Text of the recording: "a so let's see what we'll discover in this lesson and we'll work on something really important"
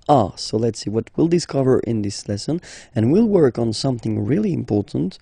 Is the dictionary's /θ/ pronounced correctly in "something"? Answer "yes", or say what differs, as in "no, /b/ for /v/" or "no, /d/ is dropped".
yes